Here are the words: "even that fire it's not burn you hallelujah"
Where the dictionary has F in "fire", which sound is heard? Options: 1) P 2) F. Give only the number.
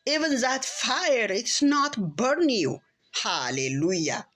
2